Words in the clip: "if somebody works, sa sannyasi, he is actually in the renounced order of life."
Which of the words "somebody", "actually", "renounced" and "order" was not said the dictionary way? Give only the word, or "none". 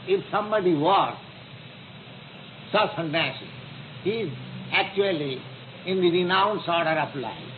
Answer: renounced